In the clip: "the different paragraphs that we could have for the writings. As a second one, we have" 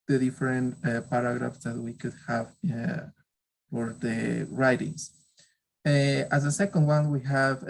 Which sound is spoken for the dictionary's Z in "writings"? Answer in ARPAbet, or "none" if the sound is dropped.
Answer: S